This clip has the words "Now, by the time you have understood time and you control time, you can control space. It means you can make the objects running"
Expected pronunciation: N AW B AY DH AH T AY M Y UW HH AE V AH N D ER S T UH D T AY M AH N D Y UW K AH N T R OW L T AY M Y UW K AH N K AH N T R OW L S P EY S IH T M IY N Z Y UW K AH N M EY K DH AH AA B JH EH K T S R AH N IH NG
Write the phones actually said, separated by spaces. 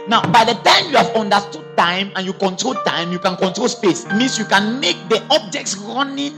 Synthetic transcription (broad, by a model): N AW B AY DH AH T AY M Y UW HH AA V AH N D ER S T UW D T AY M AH N Y UW K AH N T R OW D T AY M Y UW K AH N K AH N T R OW L S P EY S IH T M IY N S Y UW K AH N M EY K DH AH AA B JH EH K T S R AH N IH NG